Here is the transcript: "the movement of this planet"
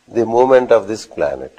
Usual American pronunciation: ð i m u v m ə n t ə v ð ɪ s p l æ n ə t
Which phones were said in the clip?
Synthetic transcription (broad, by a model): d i m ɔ m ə n t ə v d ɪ s p l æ n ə t